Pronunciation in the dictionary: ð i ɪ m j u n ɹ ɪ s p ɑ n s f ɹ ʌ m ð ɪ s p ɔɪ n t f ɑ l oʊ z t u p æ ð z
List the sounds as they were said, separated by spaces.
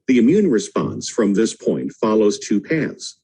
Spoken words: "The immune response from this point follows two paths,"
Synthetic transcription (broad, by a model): ð i ɪ m j u n ɹ ɪ s p ɑ n s f ɹ ʌ m ð ɪ s p ɔɪ n t f ɑ l oʊ z t u p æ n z